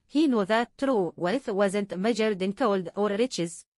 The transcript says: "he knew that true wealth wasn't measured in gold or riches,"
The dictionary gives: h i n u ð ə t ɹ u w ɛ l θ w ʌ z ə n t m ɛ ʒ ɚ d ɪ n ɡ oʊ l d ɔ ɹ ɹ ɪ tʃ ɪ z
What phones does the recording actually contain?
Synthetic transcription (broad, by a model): h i n u ð ə t ɹ u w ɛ θ w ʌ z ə n t m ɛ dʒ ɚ d ɪ n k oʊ l d ɔ ɹ ɹ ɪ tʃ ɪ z